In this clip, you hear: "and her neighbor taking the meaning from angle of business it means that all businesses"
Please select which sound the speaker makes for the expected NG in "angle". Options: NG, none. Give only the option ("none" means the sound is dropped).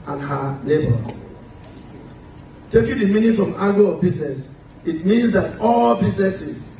none